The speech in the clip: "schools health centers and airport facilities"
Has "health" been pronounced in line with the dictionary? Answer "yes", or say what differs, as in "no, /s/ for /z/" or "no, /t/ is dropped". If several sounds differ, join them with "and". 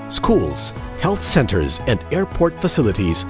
yes